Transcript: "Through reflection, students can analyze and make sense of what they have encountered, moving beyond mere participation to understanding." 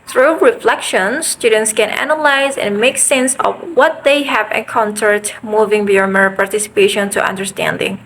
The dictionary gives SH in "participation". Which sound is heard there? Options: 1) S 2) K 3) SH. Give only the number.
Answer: 3